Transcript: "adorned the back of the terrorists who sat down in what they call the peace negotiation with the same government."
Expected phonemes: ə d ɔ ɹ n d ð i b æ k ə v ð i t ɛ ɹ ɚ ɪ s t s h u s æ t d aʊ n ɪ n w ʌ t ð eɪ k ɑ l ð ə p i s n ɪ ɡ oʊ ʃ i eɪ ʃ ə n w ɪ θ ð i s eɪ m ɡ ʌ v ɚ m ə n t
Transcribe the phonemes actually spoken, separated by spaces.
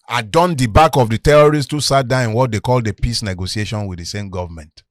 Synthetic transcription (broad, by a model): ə d ɔ n d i b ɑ k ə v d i t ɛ ɹ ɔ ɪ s t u s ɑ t d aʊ ɪ n w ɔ t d eɪ k ɑ l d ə p i s n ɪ ɡ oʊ s i eɪ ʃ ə n w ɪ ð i s eɪ m ɡ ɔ v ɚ m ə n t